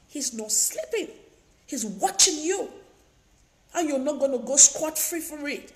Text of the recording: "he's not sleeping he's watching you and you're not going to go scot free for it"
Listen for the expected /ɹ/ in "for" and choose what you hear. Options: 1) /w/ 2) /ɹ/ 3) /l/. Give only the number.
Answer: 2